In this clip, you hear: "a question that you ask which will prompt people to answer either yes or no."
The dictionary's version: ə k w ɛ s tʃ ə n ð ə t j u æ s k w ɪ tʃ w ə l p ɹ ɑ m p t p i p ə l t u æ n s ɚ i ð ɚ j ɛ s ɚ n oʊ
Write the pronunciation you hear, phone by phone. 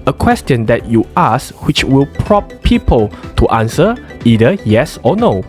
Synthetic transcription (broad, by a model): ə k w ɛ s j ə n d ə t j u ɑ s w ɪ tʃ w ə l p ɹ ɑ p p i p ə l t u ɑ n s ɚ i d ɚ j ɛ s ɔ n oʊ